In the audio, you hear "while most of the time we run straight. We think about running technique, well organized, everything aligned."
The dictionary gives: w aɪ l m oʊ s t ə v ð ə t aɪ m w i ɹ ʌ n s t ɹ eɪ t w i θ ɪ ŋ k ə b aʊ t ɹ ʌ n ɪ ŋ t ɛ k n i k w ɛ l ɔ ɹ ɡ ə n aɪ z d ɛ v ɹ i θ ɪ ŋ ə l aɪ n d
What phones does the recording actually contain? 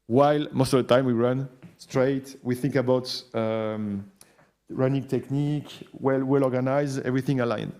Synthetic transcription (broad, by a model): w aɪ l m oʊ s t ə v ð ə t aɪ m w i ɹ ʌ n s t ɹ eɪ t w i θ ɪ ŋ k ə b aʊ t ɹ ʌ n ɪ ŋ t ɛ k n i k w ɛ l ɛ l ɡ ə n aɪ z ɛ v ɹ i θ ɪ ŋ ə l aɪ n